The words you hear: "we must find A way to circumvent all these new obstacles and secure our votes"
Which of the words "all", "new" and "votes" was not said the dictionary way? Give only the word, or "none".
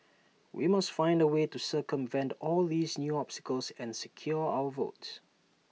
none